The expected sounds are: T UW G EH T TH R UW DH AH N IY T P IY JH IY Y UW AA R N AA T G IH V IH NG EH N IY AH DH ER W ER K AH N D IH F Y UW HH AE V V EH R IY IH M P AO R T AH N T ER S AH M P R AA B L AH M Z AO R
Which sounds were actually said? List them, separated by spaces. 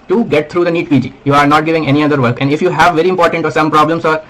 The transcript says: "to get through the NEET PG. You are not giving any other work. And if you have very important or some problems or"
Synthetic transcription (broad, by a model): T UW G EH T T R UW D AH N IY T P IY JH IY Y UW AA R N AA T G IH V IH NG EH N IY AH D ER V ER K AH N D IH F Y UW HH AE V V EH R IY IH M P AO R T AH N T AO S AH M P R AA B L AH M S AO R